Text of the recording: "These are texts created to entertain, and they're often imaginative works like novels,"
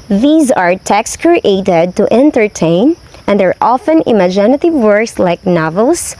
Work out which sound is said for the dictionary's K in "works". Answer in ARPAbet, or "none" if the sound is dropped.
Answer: K